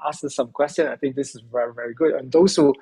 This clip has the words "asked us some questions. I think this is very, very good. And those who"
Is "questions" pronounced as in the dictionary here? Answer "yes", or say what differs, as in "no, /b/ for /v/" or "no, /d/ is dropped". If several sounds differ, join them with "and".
no, /z/ is dropped